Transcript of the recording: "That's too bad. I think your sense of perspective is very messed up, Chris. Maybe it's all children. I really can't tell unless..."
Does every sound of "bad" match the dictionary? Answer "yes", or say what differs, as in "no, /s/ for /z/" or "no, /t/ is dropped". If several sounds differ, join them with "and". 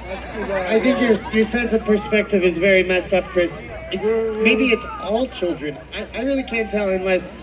no, /d/ is dropped